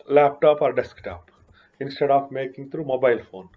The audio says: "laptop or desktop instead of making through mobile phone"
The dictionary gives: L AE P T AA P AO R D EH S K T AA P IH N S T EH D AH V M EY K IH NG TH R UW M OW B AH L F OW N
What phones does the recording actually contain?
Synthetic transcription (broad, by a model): L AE P T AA P AO R D EH S K T AA P IH N S T EH D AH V M EY K IH NG T R UW M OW B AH L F OW N